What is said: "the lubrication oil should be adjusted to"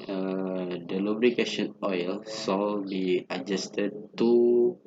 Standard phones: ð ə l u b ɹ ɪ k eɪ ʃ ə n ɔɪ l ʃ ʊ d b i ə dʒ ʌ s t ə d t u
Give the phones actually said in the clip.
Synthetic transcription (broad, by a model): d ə l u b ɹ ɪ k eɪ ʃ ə n ɔɪ l s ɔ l b i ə dʒ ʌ s t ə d t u